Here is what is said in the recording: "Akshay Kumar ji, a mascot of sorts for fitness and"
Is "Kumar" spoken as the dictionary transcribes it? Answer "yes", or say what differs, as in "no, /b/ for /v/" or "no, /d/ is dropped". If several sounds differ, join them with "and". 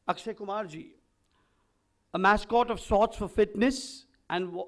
yes